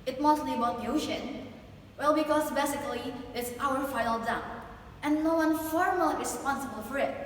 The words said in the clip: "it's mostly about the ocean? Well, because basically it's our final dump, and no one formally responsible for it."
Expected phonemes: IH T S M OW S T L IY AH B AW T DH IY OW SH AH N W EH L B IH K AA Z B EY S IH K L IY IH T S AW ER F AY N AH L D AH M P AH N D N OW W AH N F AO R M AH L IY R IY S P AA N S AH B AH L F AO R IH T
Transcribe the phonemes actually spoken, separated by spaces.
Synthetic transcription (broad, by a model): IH T M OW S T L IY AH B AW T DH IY OW SH AH N W EH L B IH K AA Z B EY S IH K L IY IH T S AW ER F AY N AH L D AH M AH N N OW W AH N F AO R M AH L IY R IY S P AA N S AH B AH L F AO R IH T